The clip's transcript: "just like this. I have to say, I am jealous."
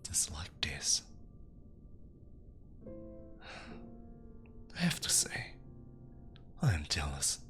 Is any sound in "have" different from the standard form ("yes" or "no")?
yes